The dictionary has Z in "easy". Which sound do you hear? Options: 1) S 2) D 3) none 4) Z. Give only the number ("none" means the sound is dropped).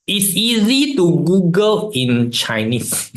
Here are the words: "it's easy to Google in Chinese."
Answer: 4